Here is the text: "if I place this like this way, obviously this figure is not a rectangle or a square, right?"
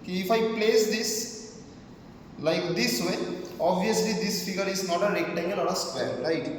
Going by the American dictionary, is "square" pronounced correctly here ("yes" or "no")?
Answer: no